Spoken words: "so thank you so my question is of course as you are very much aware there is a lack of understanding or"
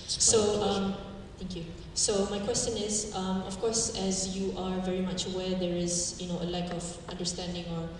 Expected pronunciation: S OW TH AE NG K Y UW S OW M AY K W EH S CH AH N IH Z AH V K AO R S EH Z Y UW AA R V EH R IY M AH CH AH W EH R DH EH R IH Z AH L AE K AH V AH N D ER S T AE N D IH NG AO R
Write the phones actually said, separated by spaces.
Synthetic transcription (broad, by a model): S OW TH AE NG K Y UW S OW M AY K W EH S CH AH N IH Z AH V K AO R S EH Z Y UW AA R V EH R IY M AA CH W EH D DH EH R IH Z AH L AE K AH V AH N D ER S T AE N D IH NG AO R